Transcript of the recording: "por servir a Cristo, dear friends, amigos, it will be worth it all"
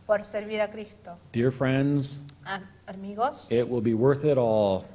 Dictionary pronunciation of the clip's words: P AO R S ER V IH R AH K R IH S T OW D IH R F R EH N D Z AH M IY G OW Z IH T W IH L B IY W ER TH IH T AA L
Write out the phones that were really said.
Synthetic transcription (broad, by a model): P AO R S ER B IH R AH K R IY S T OW D IH R F R EH N D Z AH M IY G OW S IH T W IH L B IY W ER TH IH T AA L